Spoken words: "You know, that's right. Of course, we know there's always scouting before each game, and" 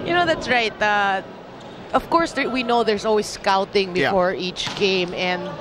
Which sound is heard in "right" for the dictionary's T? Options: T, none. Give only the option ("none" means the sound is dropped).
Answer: T